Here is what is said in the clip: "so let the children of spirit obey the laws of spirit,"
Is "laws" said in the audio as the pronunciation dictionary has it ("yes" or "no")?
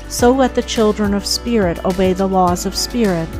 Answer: yes